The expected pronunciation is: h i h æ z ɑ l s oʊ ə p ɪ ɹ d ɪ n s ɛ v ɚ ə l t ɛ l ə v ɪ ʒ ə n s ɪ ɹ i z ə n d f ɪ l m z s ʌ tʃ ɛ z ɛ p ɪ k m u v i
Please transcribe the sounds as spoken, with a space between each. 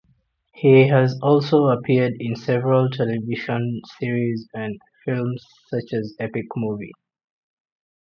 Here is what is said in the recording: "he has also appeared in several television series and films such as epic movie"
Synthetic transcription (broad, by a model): h i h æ z ɑ l s oʊ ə p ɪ d ɪ n s ɛ v ɚ ə l t ɛ l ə v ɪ ʃ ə n s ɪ ɹ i z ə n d f ɪ l m z s ʌ tʃ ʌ z ɛ p ɪ k m u v i